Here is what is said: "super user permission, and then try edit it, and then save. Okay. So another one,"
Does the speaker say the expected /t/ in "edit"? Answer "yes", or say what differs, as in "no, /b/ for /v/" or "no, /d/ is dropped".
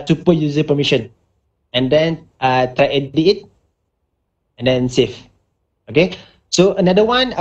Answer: no, /t/ is dropped